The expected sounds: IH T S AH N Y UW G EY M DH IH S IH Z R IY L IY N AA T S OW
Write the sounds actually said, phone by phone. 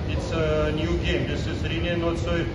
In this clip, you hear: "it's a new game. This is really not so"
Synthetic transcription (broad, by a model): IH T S AH N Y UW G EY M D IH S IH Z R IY N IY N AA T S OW